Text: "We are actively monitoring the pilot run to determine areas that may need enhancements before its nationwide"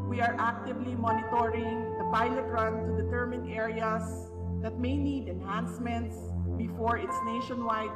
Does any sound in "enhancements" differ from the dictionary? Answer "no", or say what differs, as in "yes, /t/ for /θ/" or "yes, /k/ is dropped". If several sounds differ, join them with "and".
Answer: no